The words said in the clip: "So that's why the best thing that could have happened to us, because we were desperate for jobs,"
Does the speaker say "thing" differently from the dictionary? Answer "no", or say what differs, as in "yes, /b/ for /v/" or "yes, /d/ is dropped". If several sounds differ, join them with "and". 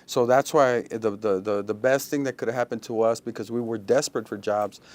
no